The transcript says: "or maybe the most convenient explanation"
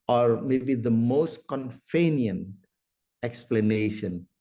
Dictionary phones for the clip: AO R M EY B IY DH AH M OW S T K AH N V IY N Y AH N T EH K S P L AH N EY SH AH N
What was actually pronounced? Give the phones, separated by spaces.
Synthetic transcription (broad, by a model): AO R M EY B IY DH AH M OW S T K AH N F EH N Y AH N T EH K S P L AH N EY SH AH N